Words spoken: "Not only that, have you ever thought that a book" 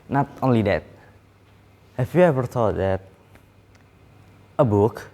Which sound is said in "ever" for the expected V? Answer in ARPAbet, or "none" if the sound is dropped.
V